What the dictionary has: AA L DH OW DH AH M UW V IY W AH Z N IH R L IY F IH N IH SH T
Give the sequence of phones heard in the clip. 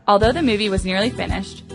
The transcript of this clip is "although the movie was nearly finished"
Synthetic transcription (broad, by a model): AA L DH OW DH AH M UW V IY W AH Z N IH R L IY F IH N IH SH T